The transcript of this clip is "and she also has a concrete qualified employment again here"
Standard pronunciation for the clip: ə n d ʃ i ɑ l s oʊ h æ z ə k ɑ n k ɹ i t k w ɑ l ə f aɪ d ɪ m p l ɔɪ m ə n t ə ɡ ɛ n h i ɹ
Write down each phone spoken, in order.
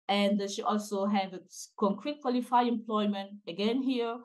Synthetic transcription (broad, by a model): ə n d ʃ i ɑ l s oʊ h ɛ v ə k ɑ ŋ k ɹ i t k w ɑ l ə f aɪ ɪ m p l ɔɪ m ə n t ə ɡ ɛ n h i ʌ